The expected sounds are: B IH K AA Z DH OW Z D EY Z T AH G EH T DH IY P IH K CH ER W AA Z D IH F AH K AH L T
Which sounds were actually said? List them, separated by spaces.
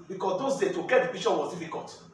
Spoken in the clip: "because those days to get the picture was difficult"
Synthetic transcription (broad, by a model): B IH K AA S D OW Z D EY T AH G EH T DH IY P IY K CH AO W AA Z D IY F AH K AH L T